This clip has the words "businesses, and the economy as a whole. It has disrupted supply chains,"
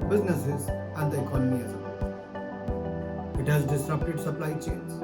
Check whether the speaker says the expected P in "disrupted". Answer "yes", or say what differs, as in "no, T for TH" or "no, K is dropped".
no, P is dropped